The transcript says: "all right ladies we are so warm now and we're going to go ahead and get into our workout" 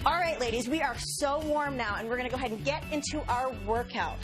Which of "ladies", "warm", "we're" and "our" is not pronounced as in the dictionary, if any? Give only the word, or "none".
none